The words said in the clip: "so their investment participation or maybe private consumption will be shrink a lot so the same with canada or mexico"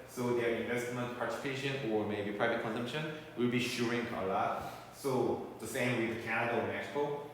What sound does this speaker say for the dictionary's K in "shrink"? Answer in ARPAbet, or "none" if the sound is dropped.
none